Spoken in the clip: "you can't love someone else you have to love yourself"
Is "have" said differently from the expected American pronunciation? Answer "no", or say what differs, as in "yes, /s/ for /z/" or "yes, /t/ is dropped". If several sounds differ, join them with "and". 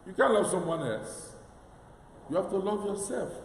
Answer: yes, /f/ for /v/